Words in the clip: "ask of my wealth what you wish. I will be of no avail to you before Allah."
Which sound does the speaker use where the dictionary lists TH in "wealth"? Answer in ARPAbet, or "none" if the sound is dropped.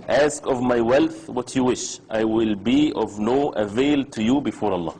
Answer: TH